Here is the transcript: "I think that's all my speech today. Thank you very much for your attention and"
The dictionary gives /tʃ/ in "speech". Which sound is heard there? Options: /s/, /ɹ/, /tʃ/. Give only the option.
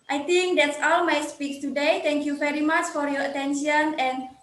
/s/